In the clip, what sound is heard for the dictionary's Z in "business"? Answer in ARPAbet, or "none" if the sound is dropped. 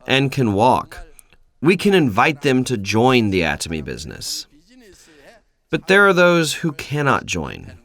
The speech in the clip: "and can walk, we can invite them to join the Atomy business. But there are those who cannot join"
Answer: Z